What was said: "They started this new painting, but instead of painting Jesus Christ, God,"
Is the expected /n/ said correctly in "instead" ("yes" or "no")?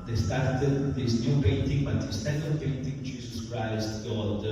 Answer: no